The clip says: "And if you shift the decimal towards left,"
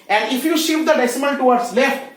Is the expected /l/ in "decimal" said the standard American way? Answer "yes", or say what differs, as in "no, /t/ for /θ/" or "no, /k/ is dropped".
no, /n/ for /l/